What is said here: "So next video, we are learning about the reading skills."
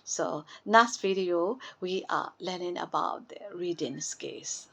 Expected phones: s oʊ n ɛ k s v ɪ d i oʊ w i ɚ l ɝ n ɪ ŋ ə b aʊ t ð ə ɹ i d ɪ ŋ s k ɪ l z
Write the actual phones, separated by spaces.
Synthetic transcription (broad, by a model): s oʊ n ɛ s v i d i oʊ w i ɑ l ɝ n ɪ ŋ ə b aʊ t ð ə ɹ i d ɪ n s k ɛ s